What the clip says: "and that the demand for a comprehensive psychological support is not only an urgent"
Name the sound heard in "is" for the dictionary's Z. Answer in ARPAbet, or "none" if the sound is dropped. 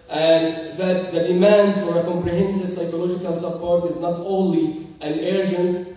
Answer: Z